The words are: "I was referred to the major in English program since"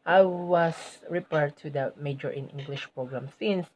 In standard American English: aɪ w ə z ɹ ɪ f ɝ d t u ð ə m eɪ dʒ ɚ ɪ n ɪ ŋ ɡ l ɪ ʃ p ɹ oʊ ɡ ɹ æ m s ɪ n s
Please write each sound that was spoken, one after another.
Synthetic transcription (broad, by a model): aɪ w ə s ɹ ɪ p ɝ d t u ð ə m eɪ dʒ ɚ ɪ n ɪ ŋ ɡ l ɪ ʃ p ɹ oʊ ɡ ɹ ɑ m s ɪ n s